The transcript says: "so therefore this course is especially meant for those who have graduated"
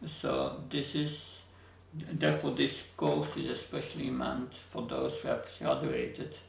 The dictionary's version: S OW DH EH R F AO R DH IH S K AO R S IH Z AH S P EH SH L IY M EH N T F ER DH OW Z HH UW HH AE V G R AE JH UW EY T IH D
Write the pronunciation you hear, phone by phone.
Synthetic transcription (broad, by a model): S OW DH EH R F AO R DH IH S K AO L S IH Z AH S P EH SH L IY M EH N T F ER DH OW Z HH UW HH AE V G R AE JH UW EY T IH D